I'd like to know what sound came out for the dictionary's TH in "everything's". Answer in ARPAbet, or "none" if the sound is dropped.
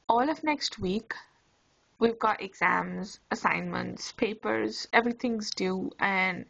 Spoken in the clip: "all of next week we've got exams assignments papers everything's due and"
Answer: T